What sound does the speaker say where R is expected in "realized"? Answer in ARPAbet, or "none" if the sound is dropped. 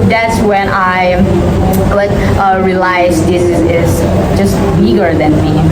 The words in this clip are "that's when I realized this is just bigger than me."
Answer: L